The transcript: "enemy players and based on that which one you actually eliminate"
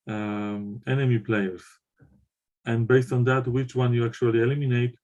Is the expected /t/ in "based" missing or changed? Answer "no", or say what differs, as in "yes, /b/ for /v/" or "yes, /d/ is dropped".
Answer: no